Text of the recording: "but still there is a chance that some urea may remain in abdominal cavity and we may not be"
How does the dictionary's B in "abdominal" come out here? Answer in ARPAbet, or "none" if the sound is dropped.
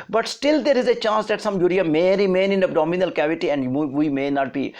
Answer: none